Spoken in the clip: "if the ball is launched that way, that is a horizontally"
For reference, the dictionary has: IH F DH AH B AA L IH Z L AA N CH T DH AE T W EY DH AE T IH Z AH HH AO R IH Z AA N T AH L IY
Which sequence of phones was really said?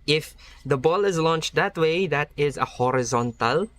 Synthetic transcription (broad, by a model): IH F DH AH B AA L IH Z L AA N CH T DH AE T W EY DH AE T IH Z AH HH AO R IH Z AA N T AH L